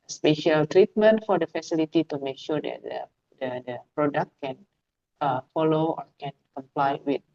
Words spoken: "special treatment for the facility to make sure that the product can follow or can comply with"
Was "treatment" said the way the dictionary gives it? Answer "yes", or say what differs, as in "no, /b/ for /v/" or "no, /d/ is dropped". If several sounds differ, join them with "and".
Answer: yes